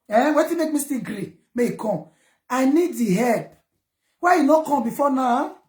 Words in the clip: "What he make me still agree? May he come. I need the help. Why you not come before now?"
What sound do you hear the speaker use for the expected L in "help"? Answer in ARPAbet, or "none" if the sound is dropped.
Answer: none